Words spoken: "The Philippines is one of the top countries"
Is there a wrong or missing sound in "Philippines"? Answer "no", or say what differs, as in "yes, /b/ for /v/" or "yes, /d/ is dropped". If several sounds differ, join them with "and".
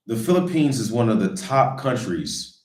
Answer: no